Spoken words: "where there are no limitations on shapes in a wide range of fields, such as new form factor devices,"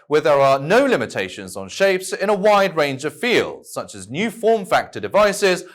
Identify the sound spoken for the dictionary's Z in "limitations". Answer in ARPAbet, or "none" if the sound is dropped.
Z